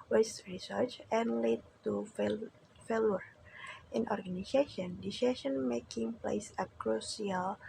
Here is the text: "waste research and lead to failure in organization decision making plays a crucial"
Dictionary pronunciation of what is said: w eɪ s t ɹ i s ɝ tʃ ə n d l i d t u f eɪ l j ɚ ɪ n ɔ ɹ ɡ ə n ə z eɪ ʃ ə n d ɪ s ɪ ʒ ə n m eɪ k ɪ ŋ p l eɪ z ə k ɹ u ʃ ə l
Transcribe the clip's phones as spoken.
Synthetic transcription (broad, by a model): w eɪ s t ɹ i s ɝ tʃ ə n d l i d t u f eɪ l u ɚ ɪ n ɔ ɹ ɡ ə n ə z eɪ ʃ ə n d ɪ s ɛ ʃ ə n m eɪ k ɪ ŋ p l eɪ s ə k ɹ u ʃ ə l